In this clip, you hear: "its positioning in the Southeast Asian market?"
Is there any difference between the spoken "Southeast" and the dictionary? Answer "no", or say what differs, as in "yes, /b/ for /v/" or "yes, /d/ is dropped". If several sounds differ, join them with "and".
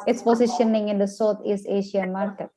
yes, /t/ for /θ/